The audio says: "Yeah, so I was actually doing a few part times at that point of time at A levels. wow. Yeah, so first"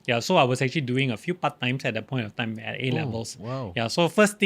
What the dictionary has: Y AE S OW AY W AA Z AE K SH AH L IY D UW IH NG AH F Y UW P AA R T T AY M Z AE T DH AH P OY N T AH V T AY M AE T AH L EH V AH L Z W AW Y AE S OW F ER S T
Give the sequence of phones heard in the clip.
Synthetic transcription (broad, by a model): Y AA S OW AY W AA S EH K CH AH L IY D UW IH NG AH F Y UW P AA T T AY M S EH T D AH P OY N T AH F T AY M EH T AH L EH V AH L S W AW Y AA S OW F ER S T